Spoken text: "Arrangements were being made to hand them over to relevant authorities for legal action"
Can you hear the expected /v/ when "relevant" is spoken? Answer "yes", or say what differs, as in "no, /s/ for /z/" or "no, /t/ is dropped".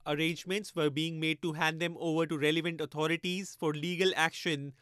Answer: yes